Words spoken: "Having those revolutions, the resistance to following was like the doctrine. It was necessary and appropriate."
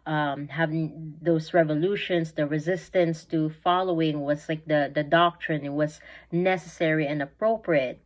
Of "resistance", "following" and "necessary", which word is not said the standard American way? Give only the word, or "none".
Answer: none